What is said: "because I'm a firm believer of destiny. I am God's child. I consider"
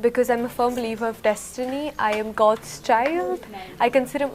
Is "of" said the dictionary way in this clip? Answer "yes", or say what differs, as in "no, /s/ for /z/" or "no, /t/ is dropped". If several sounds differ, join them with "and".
yes